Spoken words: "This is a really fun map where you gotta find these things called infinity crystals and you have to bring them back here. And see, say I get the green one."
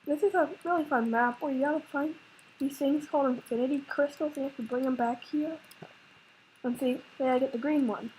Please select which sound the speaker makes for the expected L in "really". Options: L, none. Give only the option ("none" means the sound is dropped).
L